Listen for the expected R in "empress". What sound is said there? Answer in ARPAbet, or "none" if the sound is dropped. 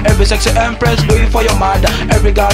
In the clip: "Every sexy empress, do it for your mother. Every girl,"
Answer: R